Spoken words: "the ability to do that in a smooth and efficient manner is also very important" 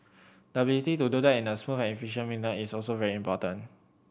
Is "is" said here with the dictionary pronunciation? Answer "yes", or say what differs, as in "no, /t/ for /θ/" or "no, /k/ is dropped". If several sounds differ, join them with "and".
no, /s/ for /z/